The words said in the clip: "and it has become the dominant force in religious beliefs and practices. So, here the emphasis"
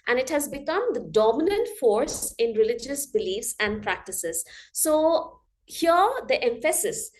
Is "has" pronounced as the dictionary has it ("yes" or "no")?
yes